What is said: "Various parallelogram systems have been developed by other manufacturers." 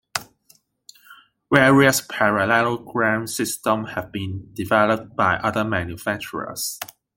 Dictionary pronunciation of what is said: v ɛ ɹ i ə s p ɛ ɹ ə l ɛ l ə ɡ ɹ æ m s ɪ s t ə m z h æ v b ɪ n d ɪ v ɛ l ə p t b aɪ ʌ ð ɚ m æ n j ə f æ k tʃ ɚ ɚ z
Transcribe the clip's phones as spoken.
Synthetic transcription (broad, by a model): w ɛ ɹ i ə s p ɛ ɹ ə l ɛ l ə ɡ ɹ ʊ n s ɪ s t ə m h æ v b ɪ n d ɪ v ɛ l ə p t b aɪ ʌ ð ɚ m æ n j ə f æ k tʃ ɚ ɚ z